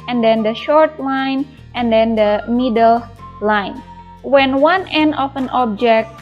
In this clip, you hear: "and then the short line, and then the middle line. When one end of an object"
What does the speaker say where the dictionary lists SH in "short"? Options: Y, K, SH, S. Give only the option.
SH